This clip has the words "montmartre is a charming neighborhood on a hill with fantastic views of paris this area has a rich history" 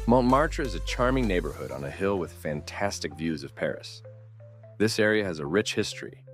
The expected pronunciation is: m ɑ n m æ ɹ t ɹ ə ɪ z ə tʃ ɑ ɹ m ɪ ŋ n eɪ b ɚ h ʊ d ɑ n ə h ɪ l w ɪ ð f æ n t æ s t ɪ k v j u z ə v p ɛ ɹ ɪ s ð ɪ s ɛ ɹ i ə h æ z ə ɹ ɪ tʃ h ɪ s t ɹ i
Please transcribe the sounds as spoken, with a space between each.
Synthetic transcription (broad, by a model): m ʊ n m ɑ ɹ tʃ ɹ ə ɪ z ə tʃ ɑ ɹ m ɪ ŋ n eɪ b ɚ h ʊ d n ə h ɪ l w ɪ ð f æ n t æ s t ɪ k v j u z ə v p ɛ ɹ ɪ s ð ɪ s ɛ ɹ i ə z ə ɹ ɪ tʃ h ɪ s t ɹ i